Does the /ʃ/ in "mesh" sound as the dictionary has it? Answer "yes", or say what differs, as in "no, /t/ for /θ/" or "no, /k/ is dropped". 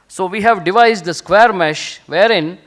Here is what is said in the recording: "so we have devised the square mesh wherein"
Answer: yes